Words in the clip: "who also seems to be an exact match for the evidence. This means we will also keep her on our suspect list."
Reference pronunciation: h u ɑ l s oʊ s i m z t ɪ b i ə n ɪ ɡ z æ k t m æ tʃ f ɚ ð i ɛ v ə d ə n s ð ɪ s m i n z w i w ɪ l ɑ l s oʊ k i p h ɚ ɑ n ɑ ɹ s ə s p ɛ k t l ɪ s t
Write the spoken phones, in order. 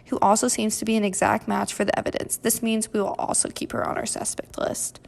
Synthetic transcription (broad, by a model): h u ɑ l s oʊ s i m z t ɪ b i ə n ɪ ɡ z æ k t m æ tʃ f ɚ ð i ɛ v ə d ə n s ð ɪ s m i n z w i w ɪ l ɑ l s oʊ k i p h ɚ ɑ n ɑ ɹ s ə s p ɛ k t l ɪ s t